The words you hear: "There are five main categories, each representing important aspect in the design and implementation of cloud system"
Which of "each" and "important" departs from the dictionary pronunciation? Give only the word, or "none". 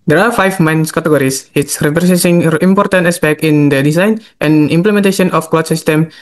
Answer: each